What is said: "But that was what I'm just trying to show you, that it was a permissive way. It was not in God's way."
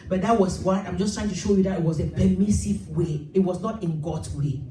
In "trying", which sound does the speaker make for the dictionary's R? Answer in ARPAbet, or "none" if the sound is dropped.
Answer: R